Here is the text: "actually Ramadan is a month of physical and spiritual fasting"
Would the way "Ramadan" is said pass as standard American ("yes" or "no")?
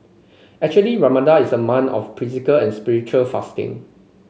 no